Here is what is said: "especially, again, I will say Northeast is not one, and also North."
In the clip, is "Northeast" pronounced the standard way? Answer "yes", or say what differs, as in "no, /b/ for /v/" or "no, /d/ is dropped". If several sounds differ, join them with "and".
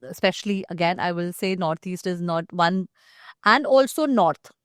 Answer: no, /t/ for /θ/